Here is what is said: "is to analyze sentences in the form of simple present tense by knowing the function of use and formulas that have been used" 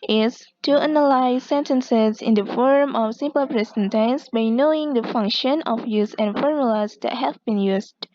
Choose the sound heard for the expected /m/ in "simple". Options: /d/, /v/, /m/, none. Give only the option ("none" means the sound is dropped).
/m/